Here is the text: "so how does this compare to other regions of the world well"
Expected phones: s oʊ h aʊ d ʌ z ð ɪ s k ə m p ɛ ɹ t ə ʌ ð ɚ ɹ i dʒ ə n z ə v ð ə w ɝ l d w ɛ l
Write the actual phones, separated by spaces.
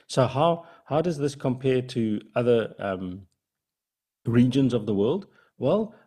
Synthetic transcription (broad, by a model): s oʊ h aʊ d ʌ z ð ɪ s k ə m p ɛ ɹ t ə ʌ ð ɚ ɹ i dʒ ə n z ə v ð ə w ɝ l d w ɛ l